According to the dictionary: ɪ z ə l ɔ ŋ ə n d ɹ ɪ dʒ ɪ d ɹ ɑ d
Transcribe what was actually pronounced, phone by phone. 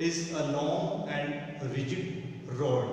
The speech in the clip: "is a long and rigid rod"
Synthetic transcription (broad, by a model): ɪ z ə n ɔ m ə n d ɹ ɪ dʒ ɪ d ɹ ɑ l